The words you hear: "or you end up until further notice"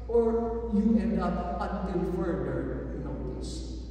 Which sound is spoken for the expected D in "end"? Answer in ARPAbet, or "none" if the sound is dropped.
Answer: none